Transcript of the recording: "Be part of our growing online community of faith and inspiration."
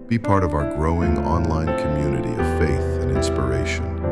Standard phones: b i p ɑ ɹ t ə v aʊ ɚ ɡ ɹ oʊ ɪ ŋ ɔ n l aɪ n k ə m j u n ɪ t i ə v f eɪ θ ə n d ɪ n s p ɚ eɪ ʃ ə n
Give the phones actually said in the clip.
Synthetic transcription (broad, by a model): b i p ɑ ɹ t ə v aʊ ɚ ɡ ɹ oʊ ɪ ŋ ɔ n l aɪ n k ə m j u n ɪ t i ə v f eɪ θ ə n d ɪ n s p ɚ eɪ ʃ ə n